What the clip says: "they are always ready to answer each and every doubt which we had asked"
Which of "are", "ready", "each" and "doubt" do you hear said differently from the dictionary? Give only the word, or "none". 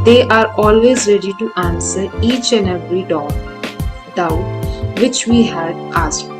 none